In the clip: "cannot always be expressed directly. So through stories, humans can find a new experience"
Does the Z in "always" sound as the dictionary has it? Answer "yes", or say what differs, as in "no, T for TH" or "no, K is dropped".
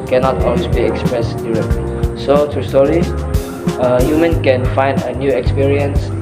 no, Z is dropped